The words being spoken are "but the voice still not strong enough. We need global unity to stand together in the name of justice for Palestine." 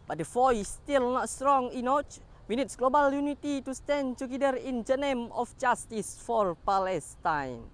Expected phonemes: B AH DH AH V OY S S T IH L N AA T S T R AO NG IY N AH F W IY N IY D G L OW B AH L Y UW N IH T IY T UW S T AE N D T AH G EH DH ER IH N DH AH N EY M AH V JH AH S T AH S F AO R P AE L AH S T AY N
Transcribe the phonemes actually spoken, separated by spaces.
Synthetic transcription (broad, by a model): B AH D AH F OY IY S T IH L N AA T S T R AO NG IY N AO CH W IY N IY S G L OW B AH L Y UW N IH T IY T UW S T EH N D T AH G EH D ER IH N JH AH N EY M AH F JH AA S T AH S F AO R P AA L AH S T AY N